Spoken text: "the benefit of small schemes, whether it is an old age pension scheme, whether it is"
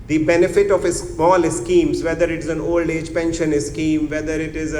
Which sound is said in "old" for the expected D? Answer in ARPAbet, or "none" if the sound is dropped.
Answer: D